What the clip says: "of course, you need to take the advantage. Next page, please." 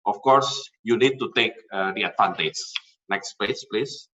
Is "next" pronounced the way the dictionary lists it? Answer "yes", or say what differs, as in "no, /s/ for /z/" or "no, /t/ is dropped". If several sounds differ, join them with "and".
yes